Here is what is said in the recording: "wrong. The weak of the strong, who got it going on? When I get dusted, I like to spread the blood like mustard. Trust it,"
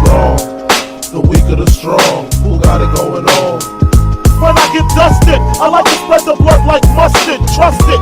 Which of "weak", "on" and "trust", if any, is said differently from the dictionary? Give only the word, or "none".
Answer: on